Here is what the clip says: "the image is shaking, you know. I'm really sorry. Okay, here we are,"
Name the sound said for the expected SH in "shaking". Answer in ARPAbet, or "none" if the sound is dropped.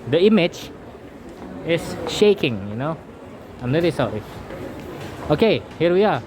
SH